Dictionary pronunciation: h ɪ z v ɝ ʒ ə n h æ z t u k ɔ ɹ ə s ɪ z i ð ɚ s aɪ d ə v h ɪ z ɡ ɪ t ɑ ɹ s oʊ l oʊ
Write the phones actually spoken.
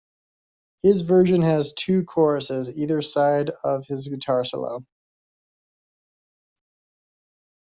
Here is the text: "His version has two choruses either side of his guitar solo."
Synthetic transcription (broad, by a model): h ɪ z v ɝ ʒ ə n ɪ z t u k ɔ ɹ ə s ɪ z i ð ɚ s aɪ d ə v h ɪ z ɡ ɪ t ɑ ɹ s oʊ l oʊ